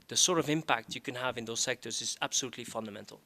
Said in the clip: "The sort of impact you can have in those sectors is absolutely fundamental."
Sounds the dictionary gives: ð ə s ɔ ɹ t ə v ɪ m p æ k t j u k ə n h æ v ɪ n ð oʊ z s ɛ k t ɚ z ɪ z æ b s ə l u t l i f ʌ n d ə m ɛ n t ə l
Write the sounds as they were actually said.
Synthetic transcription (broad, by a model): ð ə s ɔ ɹ t ə v ɪ m p æ k t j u k ə n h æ v ɪ n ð oʊ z s ɛ k t ɚ z ɪ z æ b s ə l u t l i f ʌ n d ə m ɛ n t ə l